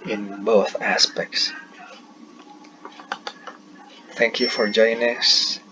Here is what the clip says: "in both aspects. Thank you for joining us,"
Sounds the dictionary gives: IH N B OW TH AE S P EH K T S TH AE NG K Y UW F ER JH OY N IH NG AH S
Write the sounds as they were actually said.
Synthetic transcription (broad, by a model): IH N B OW TH AE S P EH K T S TH AE NG K Y UW F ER JH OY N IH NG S